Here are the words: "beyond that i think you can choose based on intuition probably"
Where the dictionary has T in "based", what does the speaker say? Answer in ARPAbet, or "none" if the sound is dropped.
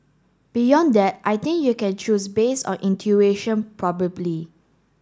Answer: none